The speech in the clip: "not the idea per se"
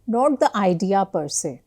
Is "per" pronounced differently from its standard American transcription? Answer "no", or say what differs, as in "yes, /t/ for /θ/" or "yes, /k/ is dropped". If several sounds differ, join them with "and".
no